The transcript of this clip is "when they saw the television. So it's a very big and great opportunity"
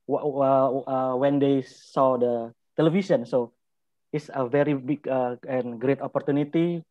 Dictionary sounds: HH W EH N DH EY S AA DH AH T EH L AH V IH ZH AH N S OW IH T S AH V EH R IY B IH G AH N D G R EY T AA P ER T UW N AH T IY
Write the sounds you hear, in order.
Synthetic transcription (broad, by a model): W W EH N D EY S AA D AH T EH L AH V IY S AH N S OW IH T S AH V EH R IY B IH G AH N G R EY T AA P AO T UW N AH T IY